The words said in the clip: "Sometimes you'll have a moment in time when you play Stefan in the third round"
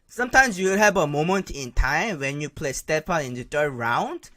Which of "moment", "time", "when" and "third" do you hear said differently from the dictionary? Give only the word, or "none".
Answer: third